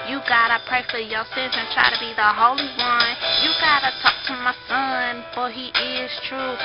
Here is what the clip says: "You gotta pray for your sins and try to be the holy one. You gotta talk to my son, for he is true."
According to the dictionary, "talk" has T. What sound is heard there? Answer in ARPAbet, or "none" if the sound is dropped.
T